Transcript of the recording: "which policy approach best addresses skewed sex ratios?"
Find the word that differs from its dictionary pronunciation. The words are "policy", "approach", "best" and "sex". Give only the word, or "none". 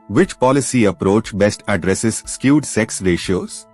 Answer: none